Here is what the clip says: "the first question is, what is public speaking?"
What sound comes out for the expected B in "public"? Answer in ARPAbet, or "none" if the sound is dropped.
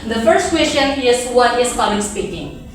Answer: none